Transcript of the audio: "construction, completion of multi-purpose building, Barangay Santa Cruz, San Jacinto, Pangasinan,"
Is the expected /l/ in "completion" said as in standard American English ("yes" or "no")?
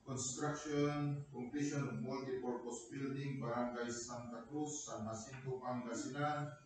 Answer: no